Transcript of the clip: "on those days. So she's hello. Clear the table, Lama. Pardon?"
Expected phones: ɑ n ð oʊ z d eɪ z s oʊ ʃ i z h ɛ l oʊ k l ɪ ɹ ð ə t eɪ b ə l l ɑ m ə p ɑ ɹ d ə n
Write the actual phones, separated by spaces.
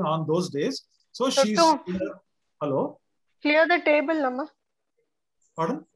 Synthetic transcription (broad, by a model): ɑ n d oʊ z d eɪ z s oʊ ʃ i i h ɛ l oʊ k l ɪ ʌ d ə t eɪ b ə l n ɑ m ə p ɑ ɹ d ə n